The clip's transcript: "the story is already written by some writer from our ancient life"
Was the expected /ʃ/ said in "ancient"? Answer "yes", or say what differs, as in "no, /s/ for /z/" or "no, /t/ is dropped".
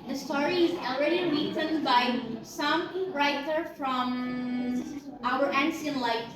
no, /s/ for /ʃ/